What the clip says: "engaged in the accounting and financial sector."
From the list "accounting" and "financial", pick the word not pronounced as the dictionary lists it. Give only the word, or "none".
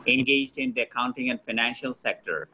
none